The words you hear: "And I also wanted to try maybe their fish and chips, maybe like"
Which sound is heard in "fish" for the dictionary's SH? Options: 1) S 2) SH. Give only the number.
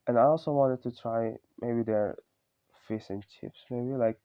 1